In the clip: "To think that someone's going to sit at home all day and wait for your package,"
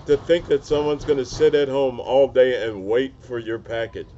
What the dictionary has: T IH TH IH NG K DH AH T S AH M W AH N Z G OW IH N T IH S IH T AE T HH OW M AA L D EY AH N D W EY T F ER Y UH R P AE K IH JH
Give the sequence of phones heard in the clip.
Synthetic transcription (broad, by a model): T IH TH IH NG K DH AH T S AH M W AH N Z G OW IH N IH S IH T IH T HH OW M AA L D EY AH N W EY T F ER Y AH R P AE K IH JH